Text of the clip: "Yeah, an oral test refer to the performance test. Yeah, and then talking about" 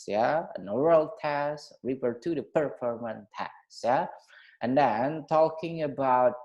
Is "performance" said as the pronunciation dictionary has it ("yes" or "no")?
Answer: no